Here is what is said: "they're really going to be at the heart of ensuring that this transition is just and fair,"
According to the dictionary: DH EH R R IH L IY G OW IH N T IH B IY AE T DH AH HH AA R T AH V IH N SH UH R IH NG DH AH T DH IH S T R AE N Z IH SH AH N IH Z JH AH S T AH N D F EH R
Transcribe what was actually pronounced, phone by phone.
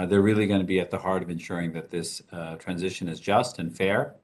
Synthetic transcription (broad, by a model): DH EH R R IH L IY G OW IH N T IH B IY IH T DH AH HH AA R T AH V IH N SH UH R IH NG DH AH T DH IH S T R AE N Z IH SH AH N IH Z JH AH S T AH N F EH R